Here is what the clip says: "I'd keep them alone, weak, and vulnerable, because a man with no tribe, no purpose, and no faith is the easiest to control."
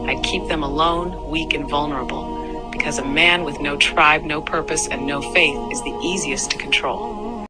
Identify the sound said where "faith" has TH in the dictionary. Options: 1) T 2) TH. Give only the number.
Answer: 2